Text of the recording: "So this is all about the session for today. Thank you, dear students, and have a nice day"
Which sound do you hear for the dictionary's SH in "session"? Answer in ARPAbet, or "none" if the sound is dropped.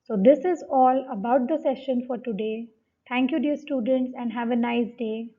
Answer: SH